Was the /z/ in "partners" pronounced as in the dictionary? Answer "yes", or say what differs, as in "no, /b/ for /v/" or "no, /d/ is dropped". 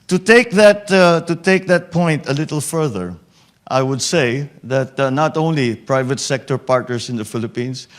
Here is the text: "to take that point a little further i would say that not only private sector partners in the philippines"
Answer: no, /s/ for /z/